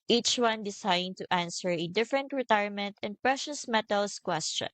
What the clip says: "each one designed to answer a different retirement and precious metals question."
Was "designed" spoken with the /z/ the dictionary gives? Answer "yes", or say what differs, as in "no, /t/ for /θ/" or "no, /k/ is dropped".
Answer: no, /s/ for /z/